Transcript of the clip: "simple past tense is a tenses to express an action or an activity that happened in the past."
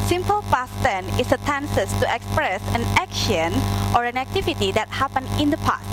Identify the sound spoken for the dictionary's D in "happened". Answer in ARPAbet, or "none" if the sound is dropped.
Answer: none